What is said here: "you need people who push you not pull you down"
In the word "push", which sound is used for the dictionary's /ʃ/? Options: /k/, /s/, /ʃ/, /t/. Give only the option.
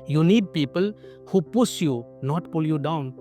/s/